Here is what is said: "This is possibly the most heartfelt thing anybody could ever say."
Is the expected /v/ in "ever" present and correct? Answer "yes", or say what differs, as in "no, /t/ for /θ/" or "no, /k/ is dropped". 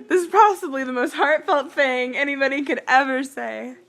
yes